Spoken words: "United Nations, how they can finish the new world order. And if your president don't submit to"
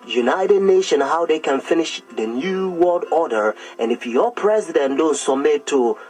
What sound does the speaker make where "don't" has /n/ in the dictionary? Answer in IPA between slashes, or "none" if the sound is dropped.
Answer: /n/